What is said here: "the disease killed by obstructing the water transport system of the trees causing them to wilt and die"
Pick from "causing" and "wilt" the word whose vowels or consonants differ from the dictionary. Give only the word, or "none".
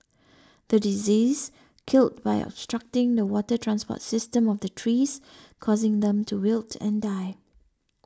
none